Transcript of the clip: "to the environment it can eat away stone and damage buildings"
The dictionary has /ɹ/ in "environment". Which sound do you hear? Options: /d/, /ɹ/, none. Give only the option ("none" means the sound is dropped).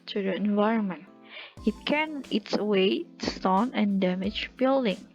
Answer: /ɹ/